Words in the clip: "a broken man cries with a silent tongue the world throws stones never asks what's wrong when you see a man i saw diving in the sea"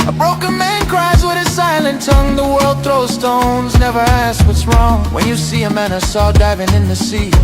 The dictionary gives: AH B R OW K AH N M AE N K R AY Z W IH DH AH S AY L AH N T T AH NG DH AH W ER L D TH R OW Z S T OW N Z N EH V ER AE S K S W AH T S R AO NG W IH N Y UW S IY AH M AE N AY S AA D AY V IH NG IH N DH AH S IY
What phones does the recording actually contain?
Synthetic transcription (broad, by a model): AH B R OW K AH N M AE N K R AY Z W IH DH AH S AY L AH N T T AH NG DH AH W ER L D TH R OW S T OW N Z N EH V ER AE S S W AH T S R AO NG W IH N Y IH S IY AH M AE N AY S AA D AY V IH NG IH N DH AH S IY